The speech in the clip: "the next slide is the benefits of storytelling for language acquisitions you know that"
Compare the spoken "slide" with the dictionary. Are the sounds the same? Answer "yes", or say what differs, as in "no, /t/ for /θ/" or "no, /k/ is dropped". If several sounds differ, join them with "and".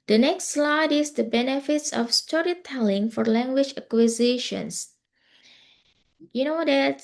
yes